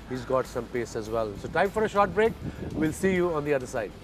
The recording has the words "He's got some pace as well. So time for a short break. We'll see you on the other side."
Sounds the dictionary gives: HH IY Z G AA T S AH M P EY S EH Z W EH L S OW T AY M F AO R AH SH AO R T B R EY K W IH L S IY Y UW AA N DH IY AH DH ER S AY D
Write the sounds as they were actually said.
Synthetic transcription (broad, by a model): HH IY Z G AA T S AH M P EY S EH Z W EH L S OW T AY M F AO R AH SH AO R T B R EY K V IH L S IY Y UW AA N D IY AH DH ER S AY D